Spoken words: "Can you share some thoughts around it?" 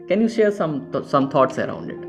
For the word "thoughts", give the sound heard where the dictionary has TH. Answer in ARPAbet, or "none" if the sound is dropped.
T